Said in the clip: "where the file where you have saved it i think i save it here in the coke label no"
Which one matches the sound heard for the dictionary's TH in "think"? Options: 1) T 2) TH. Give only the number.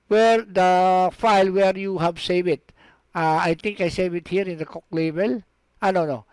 1